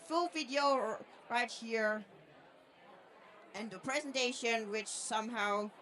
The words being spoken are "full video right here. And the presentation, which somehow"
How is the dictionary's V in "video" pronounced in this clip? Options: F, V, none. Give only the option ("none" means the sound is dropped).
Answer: V